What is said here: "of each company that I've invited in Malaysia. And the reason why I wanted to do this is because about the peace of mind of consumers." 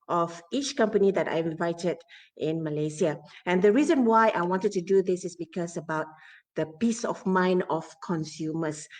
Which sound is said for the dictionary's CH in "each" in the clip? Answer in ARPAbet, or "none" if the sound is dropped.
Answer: CH